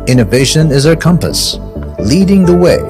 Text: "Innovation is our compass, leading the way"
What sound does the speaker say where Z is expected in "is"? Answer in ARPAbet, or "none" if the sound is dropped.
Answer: Z